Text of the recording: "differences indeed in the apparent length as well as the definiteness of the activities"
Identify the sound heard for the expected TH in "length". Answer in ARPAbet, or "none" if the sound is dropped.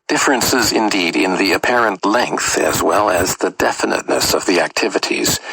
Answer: TH